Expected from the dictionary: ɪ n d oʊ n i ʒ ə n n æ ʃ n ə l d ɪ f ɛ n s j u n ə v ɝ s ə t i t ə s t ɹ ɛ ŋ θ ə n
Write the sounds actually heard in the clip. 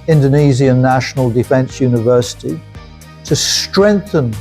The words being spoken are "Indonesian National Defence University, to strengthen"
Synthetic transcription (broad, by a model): ɪ n d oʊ n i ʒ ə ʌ n æ ʃ n ə l d ɪ f ɛ n s j u n ə v ɝ s ə t i t ə s t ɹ ɛ ŋ θ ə n